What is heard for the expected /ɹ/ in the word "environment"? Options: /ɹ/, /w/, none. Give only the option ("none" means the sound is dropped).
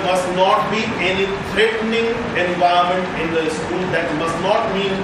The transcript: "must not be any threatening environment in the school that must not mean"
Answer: none